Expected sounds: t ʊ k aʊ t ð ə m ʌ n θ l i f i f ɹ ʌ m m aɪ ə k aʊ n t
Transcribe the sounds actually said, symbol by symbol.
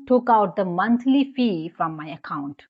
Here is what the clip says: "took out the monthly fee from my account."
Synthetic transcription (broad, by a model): t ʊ k aʊ t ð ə m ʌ n t l i f i f ɹ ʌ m m aɪ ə k aʊ n t